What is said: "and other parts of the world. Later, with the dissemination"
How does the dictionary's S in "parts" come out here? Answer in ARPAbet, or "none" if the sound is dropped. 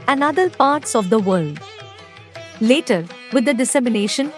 S